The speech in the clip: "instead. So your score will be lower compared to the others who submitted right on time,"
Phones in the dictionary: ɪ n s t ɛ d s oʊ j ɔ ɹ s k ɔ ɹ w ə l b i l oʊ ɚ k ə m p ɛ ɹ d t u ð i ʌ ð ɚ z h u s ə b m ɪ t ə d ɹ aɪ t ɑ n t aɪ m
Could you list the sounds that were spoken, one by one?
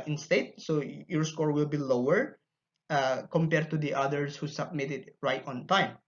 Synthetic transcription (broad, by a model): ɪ n s t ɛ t s oʊ j ɔ ɹ s k ɔ ɹ w ə l b i l oʊ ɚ k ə m p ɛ ɹ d t u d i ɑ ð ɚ s h u s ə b m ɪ t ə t ɹ aɪ t ɑ n t aɪ m